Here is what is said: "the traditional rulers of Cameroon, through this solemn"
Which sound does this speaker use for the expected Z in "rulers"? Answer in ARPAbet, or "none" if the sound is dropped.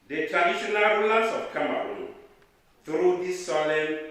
S